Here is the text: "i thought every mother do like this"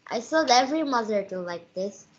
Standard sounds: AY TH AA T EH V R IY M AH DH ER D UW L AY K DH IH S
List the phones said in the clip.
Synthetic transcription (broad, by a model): AY S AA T EH V R IY M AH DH ER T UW L AY K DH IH S